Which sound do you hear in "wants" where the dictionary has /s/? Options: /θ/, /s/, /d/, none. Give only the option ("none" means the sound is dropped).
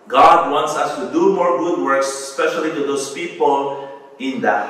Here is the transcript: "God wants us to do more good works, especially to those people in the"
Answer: /s/